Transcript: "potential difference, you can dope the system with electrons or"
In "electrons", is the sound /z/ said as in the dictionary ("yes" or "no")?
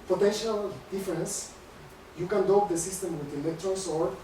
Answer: no